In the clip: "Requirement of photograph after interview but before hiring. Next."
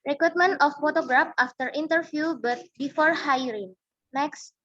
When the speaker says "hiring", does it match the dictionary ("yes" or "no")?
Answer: yes